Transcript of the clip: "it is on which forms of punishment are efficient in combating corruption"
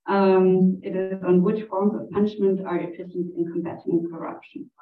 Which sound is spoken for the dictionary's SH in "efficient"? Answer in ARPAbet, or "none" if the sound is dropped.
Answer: S